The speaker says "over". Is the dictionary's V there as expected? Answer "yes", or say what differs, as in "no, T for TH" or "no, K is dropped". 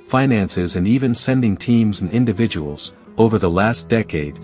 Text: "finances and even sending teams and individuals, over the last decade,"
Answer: yes